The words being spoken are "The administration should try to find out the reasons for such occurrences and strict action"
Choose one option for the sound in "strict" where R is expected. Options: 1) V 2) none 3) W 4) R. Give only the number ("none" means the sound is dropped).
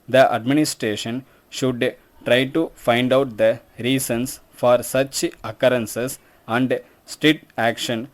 2